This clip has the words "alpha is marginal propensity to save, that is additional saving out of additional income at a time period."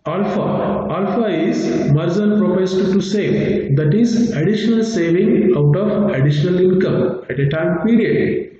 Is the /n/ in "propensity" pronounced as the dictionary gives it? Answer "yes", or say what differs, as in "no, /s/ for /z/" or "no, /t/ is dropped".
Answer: no, /n/ is dropped